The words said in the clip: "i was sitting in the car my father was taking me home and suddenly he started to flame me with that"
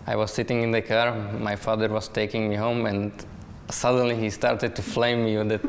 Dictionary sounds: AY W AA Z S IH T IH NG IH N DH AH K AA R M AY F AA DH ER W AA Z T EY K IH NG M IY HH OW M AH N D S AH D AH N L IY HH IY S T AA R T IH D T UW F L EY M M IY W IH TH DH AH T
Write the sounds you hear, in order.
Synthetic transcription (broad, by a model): AY W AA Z S IH T IH NG IH N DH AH K AA R M AY F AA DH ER W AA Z T EY K IH NG M IY HH OW M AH N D S AH D AH N L IY HH IY S T AA R T IH D T UW F L EY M M IY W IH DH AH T